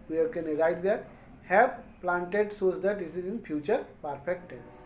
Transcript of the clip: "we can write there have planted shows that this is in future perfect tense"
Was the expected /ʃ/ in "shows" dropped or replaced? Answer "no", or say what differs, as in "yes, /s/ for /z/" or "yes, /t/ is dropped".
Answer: yes, /s/ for /ʃ/